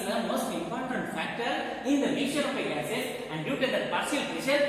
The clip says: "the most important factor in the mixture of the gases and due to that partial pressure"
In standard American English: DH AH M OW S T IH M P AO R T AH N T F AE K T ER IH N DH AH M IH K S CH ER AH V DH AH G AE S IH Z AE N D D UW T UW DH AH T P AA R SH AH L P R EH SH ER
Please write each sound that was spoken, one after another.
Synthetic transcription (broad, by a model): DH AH M OW S T IH M P AO R T AH N T F AE K T ER IH N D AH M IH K CH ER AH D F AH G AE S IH S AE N D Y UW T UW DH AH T P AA R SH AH L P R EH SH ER